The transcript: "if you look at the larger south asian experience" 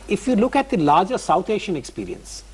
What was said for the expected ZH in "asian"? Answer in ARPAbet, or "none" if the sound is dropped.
SH